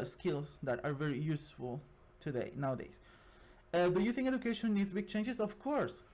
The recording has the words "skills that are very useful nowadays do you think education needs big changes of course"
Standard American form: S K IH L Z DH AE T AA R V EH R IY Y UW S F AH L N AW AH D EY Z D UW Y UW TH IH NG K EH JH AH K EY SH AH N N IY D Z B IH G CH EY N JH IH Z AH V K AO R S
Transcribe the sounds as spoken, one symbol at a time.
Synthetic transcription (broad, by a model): S K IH L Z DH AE T AA R V EH R IY Y UW S F AH L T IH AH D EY S D UW Y UW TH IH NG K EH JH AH K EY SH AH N N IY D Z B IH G CH EY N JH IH S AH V K AO R S